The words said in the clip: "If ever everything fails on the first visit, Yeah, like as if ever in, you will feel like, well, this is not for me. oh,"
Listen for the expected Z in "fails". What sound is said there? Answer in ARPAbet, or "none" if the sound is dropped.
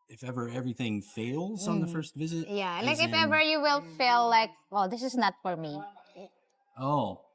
Z